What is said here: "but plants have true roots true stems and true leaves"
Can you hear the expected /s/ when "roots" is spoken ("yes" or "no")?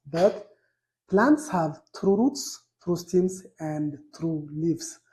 yes